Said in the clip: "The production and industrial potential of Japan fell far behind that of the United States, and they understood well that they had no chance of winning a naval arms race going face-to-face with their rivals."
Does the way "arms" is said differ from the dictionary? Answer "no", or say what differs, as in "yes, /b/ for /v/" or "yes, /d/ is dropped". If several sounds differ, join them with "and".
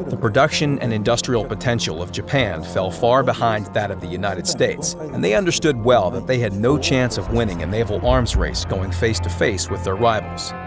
no